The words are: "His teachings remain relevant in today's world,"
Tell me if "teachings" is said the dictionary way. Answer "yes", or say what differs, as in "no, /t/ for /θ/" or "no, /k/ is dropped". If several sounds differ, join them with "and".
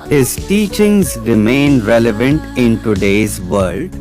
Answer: yes